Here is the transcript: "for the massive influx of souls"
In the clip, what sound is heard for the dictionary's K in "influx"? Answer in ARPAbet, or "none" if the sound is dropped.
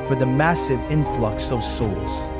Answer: K